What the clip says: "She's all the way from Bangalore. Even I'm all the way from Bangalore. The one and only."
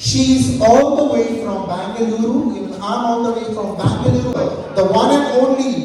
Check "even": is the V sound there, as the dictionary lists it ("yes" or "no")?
no